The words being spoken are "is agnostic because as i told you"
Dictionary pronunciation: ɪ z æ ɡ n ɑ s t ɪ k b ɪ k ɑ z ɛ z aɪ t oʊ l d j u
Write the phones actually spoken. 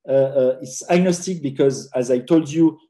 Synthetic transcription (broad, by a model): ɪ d æ ɡ n ɑ s t ɪ k b ɪ k ɑ z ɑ z aɪ t oʊ l d j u